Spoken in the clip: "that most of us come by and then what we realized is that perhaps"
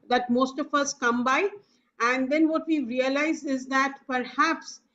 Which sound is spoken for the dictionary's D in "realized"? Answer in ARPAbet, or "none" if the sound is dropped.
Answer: none